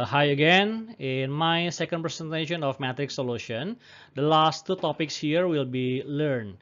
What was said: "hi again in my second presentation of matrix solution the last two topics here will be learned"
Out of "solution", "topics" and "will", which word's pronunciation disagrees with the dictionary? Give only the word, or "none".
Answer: none